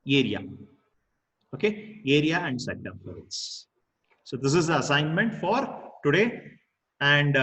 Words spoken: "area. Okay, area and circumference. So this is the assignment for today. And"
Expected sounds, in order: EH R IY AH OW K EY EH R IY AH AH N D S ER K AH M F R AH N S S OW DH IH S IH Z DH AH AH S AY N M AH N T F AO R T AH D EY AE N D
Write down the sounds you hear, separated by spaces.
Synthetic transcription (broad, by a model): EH R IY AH OW K EY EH R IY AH AH N D S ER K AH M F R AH S S OW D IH S IH Z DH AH AH S AY N M AH N T F AO R T AH D EY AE N D